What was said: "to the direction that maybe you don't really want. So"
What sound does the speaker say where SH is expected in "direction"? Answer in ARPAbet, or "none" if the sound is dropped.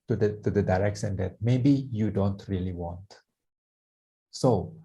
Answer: S